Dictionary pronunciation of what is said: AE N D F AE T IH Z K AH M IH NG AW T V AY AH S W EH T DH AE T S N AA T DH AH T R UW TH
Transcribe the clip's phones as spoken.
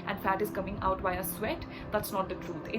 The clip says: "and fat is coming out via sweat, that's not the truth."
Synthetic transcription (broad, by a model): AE N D F AE T IH Z K AH M IH NG AW T B AY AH S W EH T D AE T S N AA T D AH T R UW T